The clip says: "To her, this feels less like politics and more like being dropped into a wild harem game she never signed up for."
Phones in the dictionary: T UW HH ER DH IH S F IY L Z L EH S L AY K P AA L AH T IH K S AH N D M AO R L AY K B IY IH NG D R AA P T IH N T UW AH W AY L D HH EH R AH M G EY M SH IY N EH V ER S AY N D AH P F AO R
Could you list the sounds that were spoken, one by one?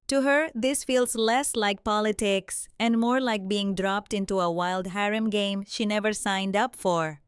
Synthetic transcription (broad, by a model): T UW HH ER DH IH S F IY L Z L EH S L AY K P AA L AH T IH K S AH N D M AO R L AY K B IY IH NG D R AA P T IH N T UW AH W AY L D HH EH R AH M G EY M SH IY N EH V ER S AY N D AH P F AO R